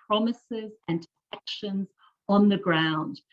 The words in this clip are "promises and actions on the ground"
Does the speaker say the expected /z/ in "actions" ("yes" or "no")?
yes